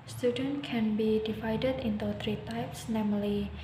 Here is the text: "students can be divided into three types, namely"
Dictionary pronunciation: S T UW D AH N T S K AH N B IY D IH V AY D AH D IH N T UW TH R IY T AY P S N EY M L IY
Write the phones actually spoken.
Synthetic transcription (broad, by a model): S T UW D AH N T K AH N B IY D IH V AY D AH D IH N T UW T R IY T AY P S N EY M L IY